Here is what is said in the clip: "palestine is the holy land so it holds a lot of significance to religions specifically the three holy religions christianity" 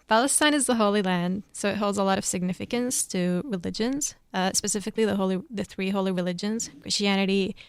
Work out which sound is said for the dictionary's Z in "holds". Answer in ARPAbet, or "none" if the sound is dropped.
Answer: Z